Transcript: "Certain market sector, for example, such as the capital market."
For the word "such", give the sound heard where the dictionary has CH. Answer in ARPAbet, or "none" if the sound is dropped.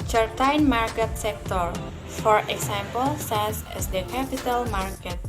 S